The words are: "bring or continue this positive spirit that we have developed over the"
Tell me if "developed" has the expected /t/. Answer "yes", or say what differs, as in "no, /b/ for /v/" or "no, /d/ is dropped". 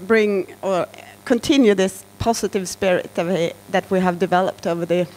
yes